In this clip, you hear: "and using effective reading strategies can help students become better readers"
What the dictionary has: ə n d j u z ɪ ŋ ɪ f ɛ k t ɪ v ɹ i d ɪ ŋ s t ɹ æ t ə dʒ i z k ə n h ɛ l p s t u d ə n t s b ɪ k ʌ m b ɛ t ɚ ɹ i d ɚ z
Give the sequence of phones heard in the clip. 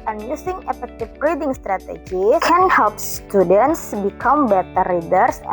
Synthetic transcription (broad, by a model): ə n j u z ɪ ŋ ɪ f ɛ k t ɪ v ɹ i d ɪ ŋ s t ɹ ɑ t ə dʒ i k ə n h ɛ l p s t u d ə n t s b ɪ k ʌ m b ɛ t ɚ ɹ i d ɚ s